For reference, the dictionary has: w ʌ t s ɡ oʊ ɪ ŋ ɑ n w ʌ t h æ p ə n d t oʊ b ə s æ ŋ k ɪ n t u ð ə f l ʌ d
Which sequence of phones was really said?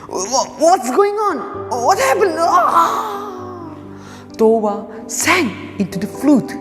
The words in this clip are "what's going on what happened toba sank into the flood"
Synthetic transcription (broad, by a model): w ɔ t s ɡ oʊ ɪ ŋ ɑ n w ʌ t h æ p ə n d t oʊ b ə s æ ŋ ɪ n t u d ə f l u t